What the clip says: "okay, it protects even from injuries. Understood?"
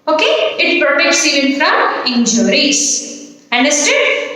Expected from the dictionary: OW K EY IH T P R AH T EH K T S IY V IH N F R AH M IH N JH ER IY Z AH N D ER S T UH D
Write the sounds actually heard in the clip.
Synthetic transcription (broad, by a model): OW K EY IH T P AH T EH K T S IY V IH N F R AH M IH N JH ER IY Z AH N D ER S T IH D